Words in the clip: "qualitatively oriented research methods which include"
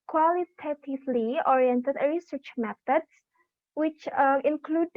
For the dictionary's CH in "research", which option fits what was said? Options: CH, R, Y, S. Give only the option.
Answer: CH